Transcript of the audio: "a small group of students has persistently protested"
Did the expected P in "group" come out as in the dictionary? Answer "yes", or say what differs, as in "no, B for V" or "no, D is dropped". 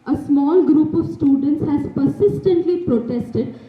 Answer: yes